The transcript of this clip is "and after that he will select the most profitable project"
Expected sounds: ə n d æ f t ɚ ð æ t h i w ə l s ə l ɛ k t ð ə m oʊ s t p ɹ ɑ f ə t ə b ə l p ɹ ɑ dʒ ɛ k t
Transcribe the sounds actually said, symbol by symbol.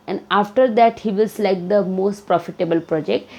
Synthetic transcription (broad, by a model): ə n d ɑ f t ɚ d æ t h i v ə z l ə ɪ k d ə m oʊ s t p ɹ ɑ f ə t ə b ə l p ɹ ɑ dʒ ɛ k t